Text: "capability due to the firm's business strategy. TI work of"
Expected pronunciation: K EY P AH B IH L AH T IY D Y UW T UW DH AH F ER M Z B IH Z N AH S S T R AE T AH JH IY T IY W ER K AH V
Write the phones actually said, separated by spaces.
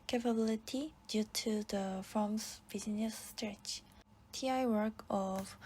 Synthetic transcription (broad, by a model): K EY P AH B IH L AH T IY D Y UW T UW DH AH F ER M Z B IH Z N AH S S T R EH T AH IY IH W ER K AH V